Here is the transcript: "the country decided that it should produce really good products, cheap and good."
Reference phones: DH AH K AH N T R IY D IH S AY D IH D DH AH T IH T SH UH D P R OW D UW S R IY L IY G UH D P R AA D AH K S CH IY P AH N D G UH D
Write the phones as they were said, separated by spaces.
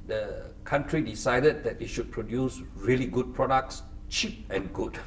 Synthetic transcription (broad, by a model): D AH K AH N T R IY D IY S AY D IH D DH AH T IH T SH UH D P R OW D UW S R IY L IY G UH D P R AA D AH K S CH IY P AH N G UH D